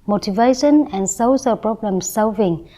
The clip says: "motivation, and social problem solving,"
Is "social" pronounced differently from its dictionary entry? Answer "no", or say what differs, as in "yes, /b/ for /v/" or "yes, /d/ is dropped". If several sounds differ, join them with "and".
yes, /s/ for /ʃ/